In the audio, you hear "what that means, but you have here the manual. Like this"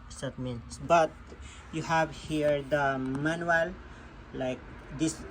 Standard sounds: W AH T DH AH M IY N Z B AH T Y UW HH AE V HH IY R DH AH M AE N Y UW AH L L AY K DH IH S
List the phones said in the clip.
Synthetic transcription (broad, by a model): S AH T M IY N B AH T Y UW HH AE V HH IY R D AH M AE N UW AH L L AY K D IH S